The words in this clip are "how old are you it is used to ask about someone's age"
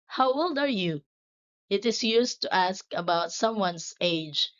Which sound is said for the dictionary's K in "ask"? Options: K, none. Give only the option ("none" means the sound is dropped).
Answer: K